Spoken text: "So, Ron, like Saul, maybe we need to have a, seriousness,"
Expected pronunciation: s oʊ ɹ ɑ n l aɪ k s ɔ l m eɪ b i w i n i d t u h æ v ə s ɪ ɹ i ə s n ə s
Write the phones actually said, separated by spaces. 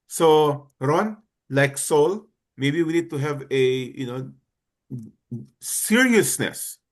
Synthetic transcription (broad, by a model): s oʊ ɹ ɑ n l aɪ k s ɔ l m eɪ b i w i n i d t u h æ v ə s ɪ ɹ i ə s n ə s